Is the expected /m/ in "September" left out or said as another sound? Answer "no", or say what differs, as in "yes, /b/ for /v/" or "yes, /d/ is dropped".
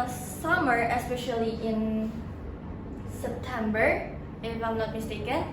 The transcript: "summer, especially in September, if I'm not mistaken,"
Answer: no